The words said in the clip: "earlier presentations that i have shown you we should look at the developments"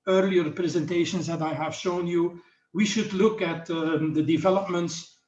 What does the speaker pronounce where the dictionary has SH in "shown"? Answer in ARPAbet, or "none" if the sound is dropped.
SH